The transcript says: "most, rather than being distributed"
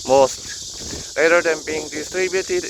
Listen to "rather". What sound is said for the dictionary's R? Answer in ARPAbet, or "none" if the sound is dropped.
L